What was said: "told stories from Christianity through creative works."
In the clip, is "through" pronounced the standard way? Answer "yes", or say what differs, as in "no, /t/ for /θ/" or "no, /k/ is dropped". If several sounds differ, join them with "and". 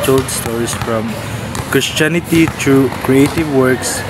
no, /t/ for /θ/